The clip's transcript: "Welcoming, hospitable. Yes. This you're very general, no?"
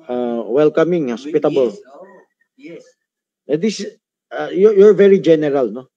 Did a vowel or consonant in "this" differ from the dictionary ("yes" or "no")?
yes